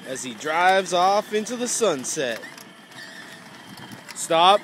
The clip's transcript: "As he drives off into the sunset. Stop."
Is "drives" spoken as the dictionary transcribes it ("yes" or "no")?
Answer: yes